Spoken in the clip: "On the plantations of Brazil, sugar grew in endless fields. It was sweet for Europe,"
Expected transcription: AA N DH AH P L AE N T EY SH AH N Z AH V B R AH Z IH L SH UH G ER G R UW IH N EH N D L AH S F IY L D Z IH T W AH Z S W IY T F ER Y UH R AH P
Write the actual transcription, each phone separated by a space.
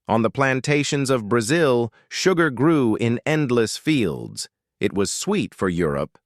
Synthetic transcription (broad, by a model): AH N DH AH P L AE N T EY SH AH N Z AH V B R AH Z IH L SH UH G ER G R UW IH N EH N D L AH S F IY L D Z IH T W AH Z S W IY T F ER Y UH R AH P